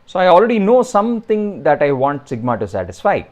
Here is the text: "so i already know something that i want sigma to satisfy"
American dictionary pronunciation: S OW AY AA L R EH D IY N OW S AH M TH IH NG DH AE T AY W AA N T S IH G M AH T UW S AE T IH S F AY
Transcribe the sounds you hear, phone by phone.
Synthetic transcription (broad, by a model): S OW AY AA L R EH D IY N OW S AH M T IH NG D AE T AY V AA N T S IH G M AH T UW S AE T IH S F AY